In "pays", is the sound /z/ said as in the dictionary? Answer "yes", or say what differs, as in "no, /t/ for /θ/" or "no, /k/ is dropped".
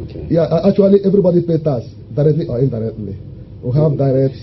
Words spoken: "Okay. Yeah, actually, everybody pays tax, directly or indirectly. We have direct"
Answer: no, /z/ is dropped